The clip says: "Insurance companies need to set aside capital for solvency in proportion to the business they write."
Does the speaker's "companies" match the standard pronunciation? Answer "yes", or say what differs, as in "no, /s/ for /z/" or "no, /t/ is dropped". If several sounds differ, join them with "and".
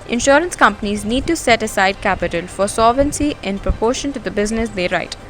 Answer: yes